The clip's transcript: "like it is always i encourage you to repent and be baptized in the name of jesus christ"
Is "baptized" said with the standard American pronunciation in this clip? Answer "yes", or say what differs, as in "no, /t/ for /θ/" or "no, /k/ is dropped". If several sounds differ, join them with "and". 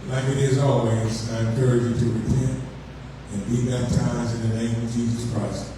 no, /d/ is dropped